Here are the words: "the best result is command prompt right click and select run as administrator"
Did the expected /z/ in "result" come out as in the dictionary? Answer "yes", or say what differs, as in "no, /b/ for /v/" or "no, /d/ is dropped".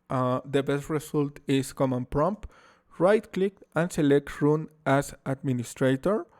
no, /s/ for /z/